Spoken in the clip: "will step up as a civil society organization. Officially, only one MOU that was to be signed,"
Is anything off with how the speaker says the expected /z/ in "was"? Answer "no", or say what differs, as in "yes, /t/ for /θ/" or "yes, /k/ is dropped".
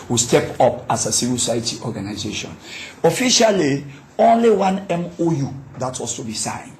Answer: yes, /s/ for /z/